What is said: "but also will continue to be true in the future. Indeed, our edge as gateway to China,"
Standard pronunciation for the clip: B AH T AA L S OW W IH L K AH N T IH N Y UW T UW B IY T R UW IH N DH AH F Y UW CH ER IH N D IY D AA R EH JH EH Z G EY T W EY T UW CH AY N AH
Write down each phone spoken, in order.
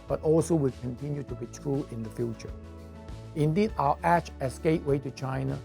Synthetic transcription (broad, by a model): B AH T AA L S OW W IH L K AH N T IH N Y UW T UW B IY T R UW IH N DH AH F Y UW CH ER IH N D IY D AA L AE CH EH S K EY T W EY T UW CH AY N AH